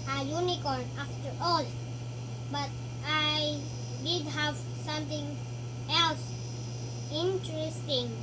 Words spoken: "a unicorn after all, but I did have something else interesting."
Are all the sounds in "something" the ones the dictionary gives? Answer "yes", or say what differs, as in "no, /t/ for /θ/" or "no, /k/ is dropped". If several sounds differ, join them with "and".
no, /t/ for /θ/